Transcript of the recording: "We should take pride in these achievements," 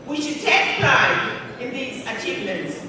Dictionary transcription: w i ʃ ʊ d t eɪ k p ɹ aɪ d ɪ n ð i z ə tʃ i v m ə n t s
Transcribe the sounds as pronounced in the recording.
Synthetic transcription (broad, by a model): w i ʃ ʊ d t eɪ k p l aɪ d ɪ n ð i z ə tʃ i v m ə n t s